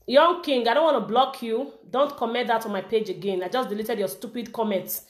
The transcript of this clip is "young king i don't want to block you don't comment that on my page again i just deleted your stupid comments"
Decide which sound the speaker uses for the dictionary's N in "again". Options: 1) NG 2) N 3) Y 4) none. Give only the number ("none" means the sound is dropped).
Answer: 2